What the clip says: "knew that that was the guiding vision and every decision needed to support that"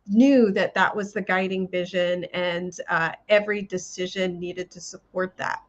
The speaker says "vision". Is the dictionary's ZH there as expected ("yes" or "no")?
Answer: yes